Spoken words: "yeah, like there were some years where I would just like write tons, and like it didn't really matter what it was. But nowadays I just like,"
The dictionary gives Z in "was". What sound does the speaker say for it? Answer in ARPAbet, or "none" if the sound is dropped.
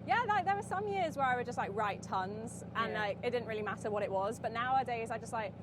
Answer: Z